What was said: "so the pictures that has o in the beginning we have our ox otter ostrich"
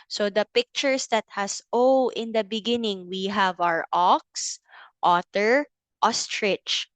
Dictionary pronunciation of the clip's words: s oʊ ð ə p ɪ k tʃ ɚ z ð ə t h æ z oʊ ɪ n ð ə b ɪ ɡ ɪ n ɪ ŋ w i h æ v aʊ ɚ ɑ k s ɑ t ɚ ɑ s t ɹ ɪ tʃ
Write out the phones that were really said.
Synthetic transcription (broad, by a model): s oʊ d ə p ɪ k tʃ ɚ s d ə t h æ s oʊ ɪ n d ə b ɪ ɡ ɪ n ɪ ŋ w i h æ v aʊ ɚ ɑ k s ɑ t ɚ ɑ s t ɹ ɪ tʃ